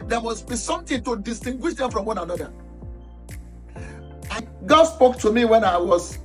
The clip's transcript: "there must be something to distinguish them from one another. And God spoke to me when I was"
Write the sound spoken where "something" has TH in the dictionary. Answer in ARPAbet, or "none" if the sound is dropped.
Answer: T